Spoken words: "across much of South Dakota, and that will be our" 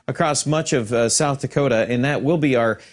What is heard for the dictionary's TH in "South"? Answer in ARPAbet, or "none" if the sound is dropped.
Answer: TH